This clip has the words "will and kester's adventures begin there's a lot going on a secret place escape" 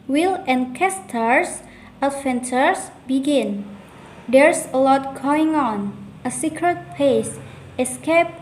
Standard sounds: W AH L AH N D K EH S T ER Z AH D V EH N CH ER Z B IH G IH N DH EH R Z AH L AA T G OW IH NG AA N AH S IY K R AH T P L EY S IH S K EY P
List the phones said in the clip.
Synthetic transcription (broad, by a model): W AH L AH N K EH S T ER S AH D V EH N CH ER S B IH G IH N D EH R S AH L AA T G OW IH NG AA N AH S IY K R AH T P EY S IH S K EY P